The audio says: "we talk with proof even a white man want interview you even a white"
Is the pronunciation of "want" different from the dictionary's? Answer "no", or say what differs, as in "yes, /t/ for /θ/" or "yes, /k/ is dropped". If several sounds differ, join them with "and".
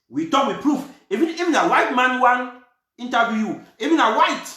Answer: yes, /t/ is dropped